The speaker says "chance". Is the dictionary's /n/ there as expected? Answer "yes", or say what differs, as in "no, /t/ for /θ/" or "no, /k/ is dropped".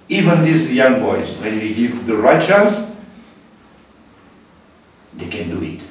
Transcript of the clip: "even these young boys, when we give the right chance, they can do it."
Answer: no, /n/ is dropped